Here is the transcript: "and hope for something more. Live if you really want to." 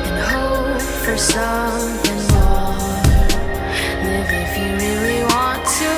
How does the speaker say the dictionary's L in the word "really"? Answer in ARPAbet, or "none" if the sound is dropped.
W